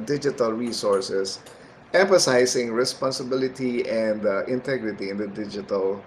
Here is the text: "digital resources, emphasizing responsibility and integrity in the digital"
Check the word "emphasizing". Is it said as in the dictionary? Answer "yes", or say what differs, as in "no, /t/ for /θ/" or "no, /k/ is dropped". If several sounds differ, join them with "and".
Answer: no, /s/ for /z/